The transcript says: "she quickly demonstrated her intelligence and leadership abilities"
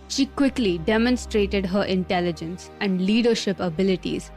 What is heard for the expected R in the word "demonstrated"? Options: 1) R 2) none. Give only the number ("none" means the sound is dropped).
1